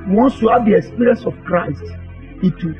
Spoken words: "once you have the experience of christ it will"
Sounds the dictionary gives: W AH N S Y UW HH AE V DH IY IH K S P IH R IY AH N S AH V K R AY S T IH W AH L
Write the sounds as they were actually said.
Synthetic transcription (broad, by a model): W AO N S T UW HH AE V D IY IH K S P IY R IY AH N S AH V K R AY S T IH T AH